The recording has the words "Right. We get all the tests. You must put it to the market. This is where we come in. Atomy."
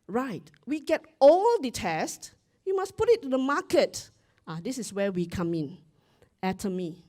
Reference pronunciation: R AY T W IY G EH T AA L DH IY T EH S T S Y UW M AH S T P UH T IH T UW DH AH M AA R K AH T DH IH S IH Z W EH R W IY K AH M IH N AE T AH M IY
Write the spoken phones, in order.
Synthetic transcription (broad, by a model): R AY T W IY G EH T AA L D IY T EH S T Y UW M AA S P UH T IH T UW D AH M AA K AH T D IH S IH S W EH W IY K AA M IH N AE T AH M IY